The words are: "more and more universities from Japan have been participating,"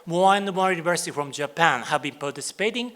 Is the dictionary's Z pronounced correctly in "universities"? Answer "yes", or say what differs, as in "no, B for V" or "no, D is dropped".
no, Z is dropped